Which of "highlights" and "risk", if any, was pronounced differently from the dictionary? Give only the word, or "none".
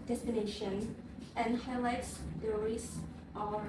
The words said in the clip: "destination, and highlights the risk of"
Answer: risk